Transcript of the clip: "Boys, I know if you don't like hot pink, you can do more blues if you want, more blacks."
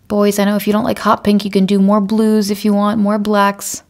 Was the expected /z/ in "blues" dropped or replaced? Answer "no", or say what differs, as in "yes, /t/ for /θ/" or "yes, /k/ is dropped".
no